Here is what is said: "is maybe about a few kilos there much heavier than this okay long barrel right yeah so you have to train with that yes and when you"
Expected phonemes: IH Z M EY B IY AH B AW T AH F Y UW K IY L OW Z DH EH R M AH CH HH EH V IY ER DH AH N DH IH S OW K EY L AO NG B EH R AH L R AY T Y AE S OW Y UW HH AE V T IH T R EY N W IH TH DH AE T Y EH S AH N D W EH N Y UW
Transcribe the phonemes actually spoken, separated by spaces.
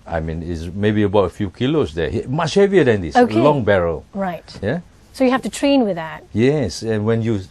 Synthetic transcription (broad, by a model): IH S M EY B IY AH B AW T AH F Y UW K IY L OW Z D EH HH M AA CH HH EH V IY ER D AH N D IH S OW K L L AO NG B EH R AH L R AY T Y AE S OW Y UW HH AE F T IH T R EY N W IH DH AE T Y EH S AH N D W EH N Y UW